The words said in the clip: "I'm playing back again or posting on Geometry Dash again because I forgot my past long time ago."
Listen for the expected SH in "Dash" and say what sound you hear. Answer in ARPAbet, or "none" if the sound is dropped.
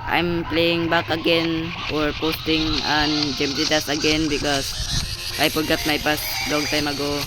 S